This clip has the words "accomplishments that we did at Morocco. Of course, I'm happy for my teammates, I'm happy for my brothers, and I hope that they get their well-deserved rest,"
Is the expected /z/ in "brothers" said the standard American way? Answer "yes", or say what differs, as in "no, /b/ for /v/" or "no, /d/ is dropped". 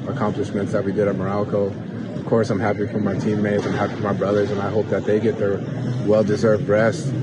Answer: yes